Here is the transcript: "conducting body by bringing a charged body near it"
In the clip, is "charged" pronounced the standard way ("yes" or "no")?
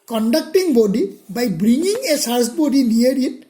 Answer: no